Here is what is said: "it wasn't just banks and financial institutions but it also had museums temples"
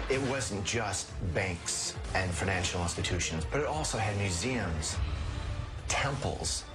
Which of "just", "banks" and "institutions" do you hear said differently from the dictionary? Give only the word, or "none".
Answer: none